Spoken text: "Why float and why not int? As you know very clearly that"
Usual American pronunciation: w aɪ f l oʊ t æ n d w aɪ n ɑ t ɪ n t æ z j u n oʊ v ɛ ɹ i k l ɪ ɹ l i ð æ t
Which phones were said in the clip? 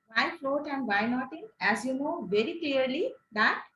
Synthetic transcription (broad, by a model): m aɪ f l oʊ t æ n d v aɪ n ɑ t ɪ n æ z j u n oʊ v ɛ ɹ i k l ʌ ɹ l i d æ t